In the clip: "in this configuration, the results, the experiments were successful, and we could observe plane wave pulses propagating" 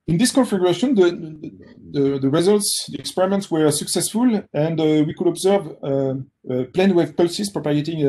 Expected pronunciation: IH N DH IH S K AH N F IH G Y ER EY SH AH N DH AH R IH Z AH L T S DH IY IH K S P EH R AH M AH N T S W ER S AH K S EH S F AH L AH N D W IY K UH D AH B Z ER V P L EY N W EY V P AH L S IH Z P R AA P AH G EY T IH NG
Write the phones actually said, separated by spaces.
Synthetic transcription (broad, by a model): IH N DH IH S K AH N F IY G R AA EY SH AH N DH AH R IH Z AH L T S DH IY IH K S P EH R AH M AH N T S W ER S AH K S EH S F AH L AH N D W IY K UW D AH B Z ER V P L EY N W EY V P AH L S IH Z P R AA P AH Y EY T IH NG